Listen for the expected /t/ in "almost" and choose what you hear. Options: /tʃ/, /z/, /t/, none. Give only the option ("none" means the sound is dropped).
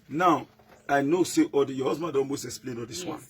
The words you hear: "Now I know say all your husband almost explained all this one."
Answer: none